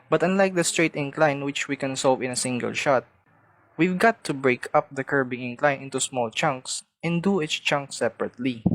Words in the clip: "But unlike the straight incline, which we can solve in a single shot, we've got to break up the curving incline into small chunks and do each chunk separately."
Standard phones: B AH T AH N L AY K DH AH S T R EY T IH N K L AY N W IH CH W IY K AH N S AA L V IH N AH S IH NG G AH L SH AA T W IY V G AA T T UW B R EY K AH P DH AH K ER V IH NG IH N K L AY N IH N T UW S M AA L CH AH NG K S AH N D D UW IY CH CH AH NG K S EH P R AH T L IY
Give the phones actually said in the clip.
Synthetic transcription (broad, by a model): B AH T AH N L AY K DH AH S T R EY T IH N K L AY N W IH CH W IY K AH N S AA L V IH N AH S IH NG G AH L SH AA T W IY V G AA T T UW B R EY K AH P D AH K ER B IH NG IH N K L AY N IH N T UW S M AA L CH AH NG K S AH N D D UW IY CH CH AH NG K S EH P R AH T L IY